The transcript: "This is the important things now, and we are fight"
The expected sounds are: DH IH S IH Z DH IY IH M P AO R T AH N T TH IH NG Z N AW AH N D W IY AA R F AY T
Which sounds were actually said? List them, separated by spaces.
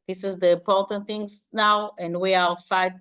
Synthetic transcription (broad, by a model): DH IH S IH Z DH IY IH M P AO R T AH N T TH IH NG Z N AW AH N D W IY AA L F AY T